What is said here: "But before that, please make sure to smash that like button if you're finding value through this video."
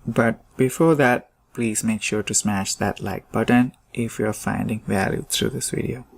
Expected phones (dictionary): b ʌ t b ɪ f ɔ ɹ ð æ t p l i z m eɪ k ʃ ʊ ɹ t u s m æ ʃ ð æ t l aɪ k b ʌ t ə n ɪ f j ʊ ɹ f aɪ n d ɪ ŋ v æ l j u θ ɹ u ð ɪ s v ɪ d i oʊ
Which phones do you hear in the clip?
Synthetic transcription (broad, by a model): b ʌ t b ɪ f ɔ ɹ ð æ t p l i z m eɪ k ʃ ʊ ɹ t u s m æ ʃ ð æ t l aɪ k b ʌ t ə n ɪ f j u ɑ f aɪ n d ɪ ŋ v æ l j u t ɹ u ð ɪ s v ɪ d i oʊ